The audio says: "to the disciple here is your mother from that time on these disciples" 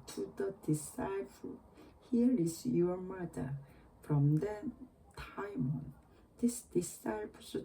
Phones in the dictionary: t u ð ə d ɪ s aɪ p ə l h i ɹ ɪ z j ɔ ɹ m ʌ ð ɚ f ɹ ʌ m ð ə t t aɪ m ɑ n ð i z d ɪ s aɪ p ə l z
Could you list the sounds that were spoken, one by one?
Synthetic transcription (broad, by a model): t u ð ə d ɪ s aɪ p ə l h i ɹ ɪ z j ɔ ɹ m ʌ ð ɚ f ɹ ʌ m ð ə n t aɪ m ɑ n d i s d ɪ s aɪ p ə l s